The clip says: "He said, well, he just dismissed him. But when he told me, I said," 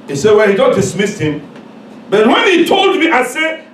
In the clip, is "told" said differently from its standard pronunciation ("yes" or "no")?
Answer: no